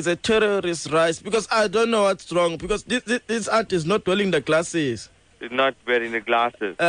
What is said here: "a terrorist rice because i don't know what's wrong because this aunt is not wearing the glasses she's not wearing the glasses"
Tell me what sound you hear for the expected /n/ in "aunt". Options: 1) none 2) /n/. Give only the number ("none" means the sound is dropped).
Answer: 1